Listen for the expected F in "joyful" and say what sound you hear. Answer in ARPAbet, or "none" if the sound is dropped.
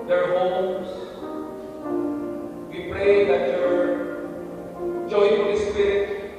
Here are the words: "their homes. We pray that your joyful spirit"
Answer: none